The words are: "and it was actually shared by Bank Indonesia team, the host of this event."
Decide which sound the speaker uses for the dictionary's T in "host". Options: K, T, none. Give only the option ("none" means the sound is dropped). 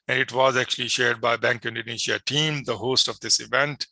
T